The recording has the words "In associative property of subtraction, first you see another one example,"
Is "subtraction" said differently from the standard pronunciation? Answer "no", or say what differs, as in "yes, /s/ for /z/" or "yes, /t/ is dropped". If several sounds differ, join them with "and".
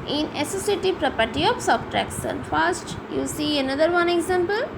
yes, /s/ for /ʃ/